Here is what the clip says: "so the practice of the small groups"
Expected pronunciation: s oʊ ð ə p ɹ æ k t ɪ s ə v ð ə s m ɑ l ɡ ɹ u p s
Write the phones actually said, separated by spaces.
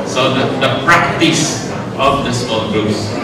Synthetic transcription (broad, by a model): s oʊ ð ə p ɹ æ k t ɪ s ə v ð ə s ɑ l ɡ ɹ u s